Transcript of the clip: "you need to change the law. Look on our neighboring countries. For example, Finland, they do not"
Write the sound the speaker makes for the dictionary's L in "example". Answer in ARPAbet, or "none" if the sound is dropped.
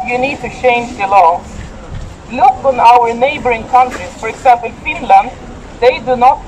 N